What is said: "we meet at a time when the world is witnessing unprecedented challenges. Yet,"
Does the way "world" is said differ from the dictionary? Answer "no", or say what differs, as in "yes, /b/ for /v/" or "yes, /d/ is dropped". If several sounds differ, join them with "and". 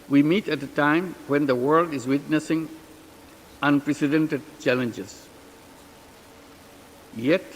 no